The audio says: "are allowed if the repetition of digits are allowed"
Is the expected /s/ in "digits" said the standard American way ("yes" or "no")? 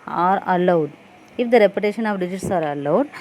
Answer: yes